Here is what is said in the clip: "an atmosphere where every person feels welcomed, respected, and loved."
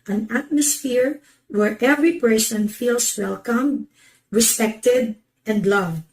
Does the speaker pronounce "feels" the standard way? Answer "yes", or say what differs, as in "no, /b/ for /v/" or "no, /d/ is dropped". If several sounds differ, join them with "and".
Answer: no, /s/ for /z/